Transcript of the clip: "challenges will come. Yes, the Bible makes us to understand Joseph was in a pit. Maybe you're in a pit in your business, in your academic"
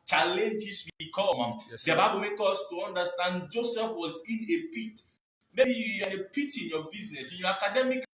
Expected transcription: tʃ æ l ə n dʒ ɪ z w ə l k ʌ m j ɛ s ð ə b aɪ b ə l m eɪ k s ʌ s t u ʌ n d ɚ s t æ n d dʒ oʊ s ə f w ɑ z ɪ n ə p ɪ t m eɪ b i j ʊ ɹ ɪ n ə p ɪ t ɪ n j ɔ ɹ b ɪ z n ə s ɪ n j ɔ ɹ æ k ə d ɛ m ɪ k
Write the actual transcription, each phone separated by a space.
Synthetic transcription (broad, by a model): tʃ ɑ l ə n dʒ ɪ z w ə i k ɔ m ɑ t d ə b aɪ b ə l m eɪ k ɔ s t u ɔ n d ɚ s t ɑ n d dʒ oʊ s ə f w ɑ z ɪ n ə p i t m eɪ b i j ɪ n ə p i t ɪ n j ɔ b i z n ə s ɪ n j ɔ ɹ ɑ k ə d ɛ m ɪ k